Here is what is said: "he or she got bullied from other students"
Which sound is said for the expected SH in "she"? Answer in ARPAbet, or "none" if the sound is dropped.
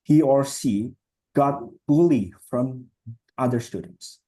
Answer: S